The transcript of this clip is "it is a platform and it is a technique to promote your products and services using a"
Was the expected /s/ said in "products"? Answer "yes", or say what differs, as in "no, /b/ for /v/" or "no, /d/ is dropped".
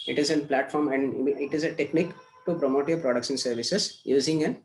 no, /ʃ/ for /s/